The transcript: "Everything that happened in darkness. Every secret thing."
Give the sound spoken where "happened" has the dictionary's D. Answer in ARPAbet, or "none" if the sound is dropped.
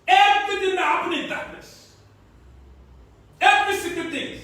none